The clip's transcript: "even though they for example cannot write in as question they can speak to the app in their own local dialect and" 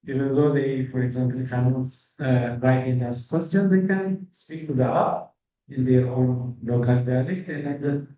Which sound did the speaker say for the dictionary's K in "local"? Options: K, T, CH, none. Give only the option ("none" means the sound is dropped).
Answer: K